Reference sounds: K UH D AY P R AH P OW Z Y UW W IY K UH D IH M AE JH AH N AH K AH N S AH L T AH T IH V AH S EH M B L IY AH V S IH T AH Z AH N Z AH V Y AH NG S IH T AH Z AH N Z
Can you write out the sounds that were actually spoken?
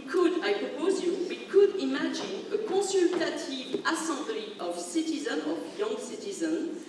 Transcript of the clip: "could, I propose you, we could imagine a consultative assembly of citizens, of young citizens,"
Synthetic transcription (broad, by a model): K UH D AY P R AH P OW Z Y UW W IY K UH D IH M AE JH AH N AH K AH S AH L T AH T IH V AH S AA B L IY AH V S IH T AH Z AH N AH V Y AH NG S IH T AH Z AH N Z